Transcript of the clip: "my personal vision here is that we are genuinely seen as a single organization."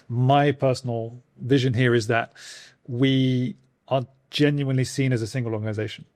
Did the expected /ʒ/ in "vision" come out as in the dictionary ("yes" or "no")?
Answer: yes